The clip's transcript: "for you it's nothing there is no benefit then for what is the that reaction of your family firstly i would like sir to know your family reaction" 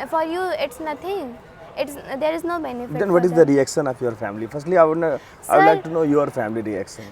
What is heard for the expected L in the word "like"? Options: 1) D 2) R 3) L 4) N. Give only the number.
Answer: 4